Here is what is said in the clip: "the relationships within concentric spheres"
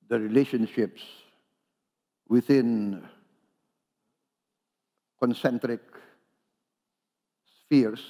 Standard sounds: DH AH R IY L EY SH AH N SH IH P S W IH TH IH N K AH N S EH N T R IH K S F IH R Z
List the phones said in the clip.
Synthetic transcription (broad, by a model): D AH R IY L EY SH AH N SH IH P S W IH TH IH N K AH N S EH N T R IH K S F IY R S